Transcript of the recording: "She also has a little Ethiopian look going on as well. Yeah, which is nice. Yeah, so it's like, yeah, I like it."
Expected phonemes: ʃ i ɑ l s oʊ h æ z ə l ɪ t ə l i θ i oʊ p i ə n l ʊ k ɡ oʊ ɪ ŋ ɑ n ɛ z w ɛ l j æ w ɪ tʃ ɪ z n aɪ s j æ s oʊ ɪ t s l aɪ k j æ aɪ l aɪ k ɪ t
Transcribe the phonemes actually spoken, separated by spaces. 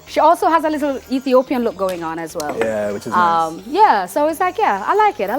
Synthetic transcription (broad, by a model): ʃ i ɑ l s oʊ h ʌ z ə l ɪ t l i θ i oʊ p i ə n l ʊ k ɡ oʊ ɪ ŋ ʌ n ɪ z w ɛ l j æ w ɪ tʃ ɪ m j æ s oʊ ɪ t s l aɪ k j æ aɪ l aɪ k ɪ t